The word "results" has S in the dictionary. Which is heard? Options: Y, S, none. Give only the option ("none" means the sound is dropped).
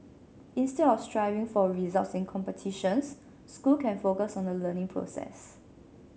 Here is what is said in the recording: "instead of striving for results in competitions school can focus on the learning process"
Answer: S